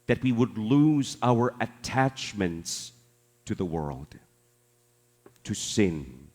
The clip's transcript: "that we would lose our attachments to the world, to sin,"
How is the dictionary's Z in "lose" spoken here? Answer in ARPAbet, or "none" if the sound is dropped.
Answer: Z